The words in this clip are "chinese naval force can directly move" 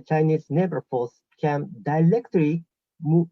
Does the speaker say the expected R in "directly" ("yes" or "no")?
no